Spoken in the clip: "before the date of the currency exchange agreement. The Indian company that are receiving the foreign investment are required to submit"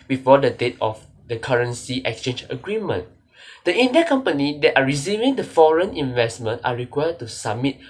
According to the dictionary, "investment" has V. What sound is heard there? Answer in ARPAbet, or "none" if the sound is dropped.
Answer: V